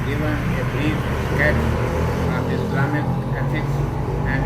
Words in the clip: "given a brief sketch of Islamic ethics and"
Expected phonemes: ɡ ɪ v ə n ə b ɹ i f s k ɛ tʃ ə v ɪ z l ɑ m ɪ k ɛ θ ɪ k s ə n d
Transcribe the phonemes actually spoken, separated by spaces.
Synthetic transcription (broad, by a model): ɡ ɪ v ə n ə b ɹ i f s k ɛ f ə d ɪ s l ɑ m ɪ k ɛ f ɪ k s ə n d